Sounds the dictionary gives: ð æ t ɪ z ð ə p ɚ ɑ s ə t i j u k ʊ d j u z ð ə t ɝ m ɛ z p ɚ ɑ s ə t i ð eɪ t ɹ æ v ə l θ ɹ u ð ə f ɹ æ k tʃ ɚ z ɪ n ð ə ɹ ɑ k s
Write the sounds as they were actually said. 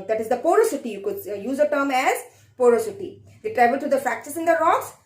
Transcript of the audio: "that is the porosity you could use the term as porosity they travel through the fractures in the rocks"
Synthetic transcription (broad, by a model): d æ t ɪ z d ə p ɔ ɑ s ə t i j u k ʊ d j u z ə t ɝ m ɛ z p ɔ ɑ s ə t i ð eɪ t ɹ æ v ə l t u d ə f æ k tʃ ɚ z ɪ n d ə ɹ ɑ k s